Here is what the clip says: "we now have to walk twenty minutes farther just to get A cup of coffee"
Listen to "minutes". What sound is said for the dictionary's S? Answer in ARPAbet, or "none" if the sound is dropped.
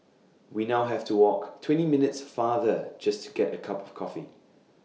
S